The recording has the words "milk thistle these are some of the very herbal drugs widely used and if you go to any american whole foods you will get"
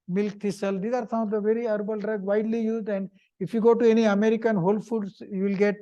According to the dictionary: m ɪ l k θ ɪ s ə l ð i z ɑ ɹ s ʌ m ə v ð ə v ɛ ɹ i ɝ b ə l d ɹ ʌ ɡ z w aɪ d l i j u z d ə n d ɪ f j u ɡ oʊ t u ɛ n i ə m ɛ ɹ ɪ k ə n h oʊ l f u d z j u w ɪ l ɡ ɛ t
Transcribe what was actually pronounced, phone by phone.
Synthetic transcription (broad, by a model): m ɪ l k t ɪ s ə l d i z ɑ ɹ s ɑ ə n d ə v ɛ ɹ i ɝ b ə l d ɹ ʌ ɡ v aɪ d l i j u z d ə n d ɪ f j u ɡ oʊ t u ɛ n i ə m ɛ ɹ ɪ k ə n h oʊ l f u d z j u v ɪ l ɡ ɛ t